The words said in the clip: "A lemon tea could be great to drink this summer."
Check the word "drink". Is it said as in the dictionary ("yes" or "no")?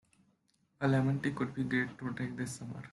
no